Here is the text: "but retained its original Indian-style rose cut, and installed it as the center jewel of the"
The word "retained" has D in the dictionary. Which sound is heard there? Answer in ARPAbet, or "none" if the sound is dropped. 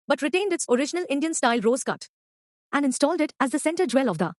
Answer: D